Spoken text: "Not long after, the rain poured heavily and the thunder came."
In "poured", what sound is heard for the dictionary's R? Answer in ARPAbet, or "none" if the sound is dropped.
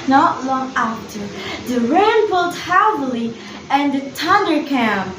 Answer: L